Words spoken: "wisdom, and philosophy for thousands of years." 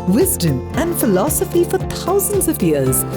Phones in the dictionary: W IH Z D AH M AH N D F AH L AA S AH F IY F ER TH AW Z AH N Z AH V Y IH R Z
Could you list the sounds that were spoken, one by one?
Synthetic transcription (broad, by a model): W IH Z D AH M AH N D F AH L AA S AH F IY F ER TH AW Z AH N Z AH V Y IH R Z